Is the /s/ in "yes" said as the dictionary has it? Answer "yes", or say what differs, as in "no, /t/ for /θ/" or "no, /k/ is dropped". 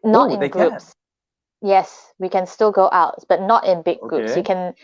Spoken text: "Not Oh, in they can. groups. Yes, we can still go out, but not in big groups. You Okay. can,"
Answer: yes